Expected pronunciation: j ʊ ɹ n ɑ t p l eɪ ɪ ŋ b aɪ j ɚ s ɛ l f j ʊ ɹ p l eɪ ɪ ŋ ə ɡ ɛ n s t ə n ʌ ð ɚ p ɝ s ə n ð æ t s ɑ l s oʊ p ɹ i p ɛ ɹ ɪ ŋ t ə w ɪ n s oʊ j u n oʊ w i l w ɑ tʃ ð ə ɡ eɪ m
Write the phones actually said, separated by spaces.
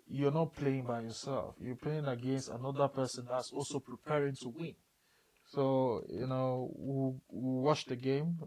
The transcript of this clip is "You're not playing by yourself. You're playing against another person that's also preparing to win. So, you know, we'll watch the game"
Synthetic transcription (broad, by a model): j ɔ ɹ n ɑ t p l eɪ ɪ ŋ b aɪ j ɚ s ɛ l f j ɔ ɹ p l eɪ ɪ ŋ ə ɡ ɛ n s t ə n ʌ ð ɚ p ɝ s ə n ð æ t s ɑ l s oʊ p ɹ i p ɛ ɹ ɪ ŋ t ə w ɪ n s oʊ j u n oʊ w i w w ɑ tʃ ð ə ɡ eɪ m